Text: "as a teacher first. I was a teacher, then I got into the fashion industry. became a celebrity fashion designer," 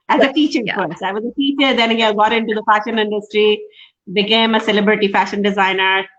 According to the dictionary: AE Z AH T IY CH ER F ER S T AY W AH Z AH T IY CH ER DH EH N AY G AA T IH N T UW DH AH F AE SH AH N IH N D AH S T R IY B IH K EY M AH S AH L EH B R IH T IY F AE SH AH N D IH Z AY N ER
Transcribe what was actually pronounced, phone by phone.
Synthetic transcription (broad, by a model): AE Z AH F IY CH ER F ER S AY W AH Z AH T IY CH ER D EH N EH G AA T IH N T UW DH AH F AE SH AH N IH N D AH S T R IY B IH K EY M AH S AH L EH B R IH T IY F AE SH AH N D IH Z AY N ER